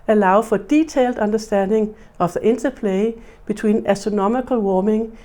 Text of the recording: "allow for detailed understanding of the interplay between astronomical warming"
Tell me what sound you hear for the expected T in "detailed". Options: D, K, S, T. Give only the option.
S